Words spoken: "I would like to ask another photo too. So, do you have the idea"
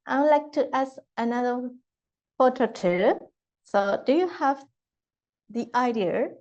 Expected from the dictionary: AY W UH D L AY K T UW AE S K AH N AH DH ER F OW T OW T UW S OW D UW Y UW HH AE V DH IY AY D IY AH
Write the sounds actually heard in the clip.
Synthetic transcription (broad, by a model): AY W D L AY K T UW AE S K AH N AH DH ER P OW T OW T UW S OW D UW Y UW HH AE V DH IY AY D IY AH